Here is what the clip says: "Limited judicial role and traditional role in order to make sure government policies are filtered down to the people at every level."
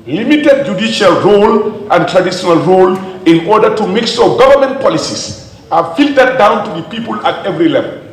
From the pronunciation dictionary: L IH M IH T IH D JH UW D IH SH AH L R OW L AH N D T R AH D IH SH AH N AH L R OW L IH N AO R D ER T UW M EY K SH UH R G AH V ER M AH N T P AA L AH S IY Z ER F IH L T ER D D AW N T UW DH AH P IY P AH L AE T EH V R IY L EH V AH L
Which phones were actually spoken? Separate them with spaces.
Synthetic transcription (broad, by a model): L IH M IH T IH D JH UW D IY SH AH L R OW L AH N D T R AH D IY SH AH N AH L R OW L IH N AO R D ER T UW M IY K S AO G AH V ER M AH N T P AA L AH S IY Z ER F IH L T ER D D AW N T UW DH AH P IY P AH L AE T EH V R IY L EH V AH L